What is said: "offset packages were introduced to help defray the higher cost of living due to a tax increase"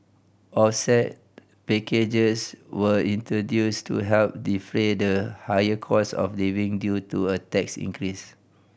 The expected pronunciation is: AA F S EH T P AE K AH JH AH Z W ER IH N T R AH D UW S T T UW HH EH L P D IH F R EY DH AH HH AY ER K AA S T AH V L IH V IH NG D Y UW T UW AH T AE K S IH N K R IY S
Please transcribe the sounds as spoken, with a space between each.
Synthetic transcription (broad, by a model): AA F S EH T P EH K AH JH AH S W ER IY N T R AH D UW S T T UW HH EH L P D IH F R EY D AH HH AY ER K AA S AH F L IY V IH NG D Y UW T UW AH T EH K S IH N K R IY S